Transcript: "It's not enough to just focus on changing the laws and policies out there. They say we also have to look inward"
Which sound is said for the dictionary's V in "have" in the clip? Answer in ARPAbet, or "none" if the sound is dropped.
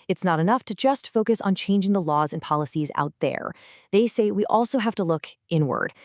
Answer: F